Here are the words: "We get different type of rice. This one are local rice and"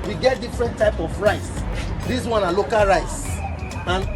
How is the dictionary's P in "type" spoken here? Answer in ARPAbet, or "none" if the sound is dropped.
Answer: P